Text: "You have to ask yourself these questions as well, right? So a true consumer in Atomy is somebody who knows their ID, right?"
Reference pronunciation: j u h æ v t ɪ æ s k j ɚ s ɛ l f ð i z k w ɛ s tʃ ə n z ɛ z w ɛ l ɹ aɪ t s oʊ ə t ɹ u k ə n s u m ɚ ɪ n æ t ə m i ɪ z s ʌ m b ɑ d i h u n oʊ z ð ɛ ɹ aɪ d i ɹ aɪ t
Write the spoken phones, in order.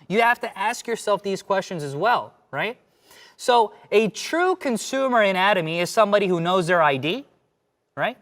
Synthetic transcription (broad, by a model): j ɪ h æ f t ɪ æ s k j ɚ s ɛ l f ð i z k w ɛ s tʃ ə n z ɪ z w ɛ l ɹ aɪ t s oʊ ə t ɹ u k ə n s u m ɚ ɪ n æ t ə m i ɪ z s ʌ m b ɑ d i h u n oʊ z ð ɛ ɹ aɪ d i ɹ aɪ t